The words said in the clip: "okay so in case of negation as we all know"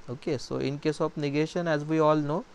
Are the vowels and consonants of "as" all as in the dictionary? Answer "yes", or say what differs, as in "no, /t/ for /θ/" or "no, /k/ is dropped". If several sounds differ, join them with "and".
yes